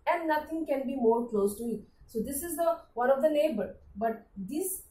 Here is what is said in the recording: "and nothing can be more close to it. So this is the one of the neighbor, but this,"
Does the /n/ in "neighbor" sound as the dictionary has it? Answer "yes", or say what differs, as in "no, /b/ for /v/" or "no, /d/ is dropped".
no, /l/ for /n/